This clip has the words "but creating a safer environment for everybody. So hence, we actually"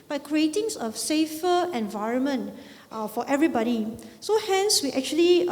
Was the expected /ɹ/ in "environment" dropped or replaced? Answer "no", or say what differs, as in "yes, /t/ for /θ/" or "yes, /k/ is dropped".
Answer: no